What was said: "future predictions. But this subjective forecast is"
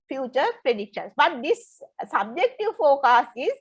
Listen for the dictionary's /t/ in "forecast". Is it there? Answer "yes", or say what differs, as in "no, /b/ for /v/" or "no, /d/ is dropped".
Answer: no, /t/ is dropped